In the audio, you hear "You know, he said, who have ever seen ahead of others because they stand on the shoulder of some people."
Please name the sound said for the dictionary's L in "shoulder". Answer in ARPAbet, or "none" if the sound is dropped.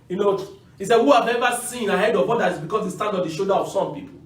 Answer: none